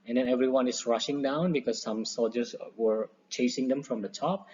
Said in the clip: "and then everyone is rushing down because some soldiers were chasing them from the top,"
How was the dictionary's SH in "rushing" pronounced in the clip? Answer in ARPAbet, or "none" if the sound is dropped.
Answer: SH